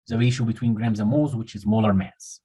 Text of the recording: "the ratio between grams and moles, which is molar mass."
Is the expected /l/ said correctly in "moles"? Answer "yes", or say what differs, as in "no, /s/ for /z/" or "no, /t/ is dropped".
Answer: no, /l/ is dropped